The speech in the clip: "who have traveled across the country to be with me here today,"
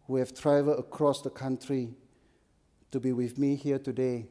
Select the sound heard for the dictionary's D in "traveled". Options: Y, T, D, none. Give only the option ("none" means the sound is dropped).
none